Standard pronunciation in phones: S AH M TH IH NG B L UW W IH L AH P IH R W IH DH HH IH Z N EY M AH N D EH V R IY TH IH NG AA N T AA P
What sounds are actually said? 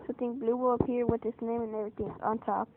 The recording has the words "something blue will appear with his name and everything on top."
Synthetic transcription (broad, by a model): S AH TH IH NG B L UW W IH L AH P IH R W IH DH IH S N EY M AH N EH V R IY TH IH NG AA N T AA P